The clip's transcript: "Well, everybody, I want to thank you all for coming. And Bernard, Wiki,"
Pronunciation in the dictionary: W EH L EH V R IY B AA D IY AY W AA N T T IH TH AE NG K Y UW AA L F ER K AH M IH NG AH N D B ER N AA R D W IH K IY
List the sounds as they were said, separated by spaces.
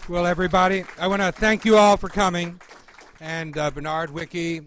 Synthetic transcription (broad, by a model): W EH L EH V R IY B AA D IY AY W AA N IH TH AE NG K Y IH AA L F ER K AH M IH NG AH N B ER N AA R D W IH K IY